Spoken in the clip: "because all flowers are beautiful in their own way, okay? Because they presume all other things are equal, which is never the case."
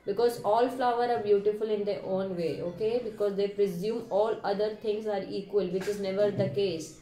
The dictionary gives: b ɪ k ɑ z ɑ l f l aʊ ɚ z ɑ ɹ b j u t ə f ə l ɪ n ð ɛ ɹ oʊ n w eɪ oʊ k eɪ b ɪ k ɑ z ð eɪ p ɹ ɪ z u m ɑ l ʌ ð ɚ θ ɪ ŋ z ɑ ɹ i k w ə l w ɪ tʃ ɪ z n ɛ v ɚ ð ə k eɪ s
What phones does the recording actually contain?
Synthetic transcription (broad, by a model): b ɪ k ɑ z ɑ l f l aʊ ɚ ɑ ɹ b j u t ə f ə l ɪ n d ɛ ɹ oʊ n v eɪ oʊ k eɪ b ɪ k ɑ z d eɪ p ɹ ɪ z u m ɑ l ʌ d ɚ t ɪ ŋ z ɑ ɹ i k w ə l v ɪ tʃ ɪ z n ɛ v ɚ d ə k eɪ s